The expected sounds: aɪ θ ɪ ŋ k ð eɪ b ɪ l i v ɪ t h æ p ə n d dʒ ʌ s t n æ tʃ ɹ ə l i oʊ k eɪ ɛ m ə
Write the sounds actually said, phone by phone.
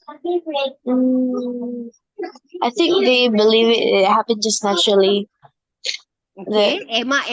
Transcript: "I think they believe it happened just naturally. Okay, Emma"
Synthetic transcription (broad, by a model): aɪ θ ɪ ŋ k ð eɪ b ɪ l i v ɪ t h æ p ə n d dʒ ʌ s n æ tʃ ɹ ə l i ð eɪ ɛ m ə